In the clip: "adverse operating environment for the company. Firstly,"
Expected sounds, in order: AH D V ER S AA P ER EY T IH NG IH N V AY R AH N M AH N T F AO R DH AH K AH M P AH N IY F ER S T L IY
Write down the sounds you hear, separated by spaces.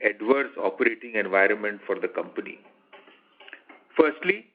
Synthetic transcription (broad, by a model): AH D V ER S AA P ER EY T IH NG IH N V AY R AH N M AH N T F AO R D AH K AH M P AH N IY F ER S T L IY